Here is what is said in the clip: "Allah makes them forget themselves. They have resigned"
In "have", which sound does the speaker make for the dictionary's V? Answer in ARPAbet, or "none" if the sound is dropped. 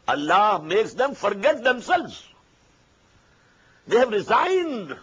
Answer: V